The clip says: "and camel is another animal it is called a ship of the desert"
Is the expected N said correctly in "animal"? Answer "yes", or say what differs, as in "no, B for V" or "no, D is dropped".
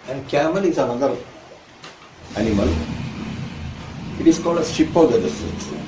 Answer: yes